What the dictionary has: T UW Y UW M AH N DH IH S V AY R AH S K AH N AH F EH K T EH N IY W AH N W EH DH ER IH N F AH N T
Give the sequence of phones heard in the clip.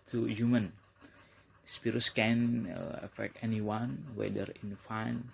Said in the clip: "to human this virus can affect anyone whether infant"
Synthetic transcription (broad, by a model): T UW Y UW M AH N S P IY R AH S K AH N AH F EH K T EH N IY W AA N W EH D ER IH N F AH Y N